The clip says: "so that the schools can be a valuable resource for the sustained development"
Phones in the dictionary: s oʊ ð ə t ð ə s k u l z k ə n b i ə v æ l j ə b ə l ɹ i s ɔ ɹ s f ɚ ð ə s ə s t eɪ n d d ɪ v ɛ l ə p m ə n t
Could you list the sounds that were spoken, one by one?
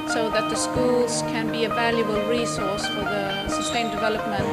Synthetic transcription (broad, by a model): s oʊ ð ə t ð ə s k u l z k ə n b i ə v æ l j ə b ə l ɹ i s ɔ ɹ s f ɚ ð ə s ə s t eɪ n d d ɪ v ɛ l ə p m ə n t